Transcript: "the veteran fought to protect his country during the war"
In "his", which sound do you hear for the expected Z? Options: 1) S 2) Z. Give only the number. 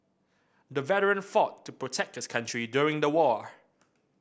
1